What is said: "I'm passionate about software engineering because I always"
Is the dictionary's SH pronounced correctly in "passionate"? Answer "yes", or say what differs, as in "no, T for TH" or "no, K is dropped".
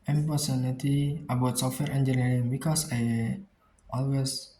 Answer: no, S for SH